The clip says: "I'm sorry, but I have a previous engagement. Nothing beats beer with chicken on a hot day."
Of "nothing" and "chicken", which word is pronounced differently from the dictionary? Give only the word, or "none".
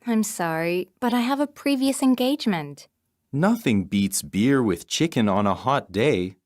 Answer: none